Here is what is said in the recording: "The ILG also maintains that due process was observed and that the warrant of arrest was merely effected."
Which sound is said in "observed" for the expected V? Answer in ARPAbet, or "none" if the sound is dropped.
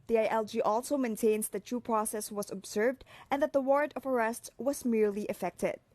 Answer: V